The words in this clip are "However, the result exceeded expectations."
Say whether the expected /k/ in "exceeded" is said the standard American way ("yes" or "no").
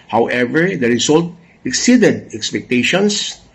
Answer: yes